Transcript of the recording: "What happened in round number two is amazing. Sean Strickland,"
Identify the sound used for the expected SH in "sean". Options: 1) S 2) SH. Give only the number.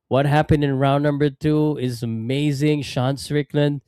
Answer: 2